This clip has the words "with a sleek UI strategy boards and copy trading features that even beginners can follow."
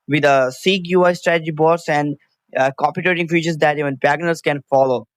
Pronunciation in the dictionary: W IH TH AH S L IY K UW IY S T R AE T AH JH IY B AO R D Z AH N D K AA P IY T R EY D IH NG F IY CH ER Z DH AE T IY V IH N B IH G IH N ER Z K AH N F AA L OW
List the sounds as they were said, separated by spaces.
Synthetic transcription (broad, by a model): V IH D AH S IY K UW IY S T R AE T AH JH IY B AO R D S AH N D K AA P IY T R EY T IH NG F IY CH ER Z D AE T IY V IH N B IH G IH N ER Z K AH N F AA L OW